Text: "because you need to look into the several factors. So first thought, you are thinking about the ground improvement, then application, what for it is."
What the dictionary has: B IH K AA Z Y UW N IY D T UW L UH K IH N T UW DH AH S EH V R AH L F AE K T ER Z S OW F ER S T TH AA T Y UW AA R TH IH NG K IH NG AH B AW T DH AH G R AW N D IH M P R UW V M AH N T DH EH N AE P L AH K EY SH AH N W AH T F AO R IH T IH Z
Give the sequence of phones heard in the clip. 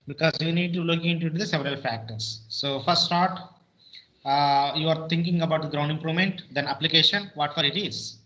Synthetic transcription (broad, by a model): B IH K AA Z Y UW N IY D T UW L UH K IH N T UW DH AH S EH V R AH L F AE K T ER S OW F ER S T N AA T Y UW AA R T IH NG K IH NG AH B AW T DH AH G R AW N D IH M P R UW V M AH N T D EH N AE P L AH K EY SH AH N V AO T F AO R IH T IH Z